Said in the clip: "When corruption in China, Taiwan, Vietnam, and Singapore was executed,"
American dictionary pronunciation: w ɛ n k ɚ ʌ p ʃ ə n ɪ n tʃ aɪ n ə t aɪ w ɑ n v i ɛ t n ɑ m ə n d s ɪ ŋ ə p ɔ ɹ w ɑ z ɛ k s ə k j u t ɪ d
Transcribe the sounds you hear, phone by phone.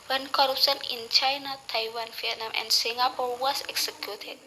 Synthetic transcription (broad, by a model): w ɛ n k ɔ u p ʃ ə n ɪ n tʃ aɪ n ə t aɪ w ɑ n f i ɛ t n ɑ m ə n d s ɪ ŋ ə p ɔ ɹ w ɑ s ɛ k s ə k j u t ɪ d